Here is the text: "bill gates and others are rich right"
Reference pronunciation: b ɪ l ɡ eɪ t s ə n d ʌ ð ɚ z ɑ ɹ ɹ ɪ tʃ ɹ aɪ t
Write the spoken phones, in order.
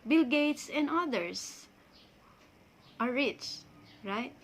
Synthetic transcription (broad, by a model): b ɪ l ɡ eɪ t s ə n d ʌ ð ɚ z ɑ ɹ ɹ ɪ tʃ ɹ aɪ t